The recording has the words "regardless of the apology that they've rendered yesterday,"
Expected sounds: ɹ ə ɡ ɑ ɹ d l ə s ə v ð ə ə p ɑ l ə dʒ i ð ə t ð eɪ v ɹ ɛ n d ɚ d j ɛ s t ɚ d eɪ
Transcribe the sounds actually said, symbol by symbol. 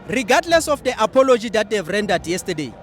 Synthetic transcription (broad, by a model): ɹ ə ɡ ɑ d l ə s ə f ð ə ə p ɑ l ə dʒ i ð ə t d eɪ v ɹ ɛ n d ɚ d j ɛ s t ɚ d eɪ